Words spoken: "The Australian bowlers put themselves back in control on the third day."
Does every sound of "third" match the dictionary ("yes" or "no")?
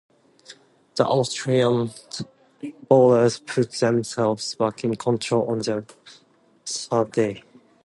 no